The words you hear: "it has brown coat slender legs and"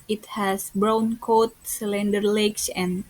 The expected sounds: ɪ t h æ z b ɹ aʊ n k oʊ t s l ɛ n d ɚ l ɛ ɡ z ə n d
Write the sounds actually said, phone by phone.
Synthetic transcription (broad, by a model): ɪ t h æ s b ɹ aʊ n k oʊ t s l ɛ n d ɚ l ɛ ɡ s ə n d